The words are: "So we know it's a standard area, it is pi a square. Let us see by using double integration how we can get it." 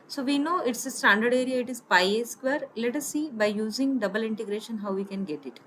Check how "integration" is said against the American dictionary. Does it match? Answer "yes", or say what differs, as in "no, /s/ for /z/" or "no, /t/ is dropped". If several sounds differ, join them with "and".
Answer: yes